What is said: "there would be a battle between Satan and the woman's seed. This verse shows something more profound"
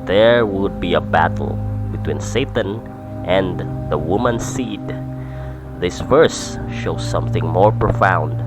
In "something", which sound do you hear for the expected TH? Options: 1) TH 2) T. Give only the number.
1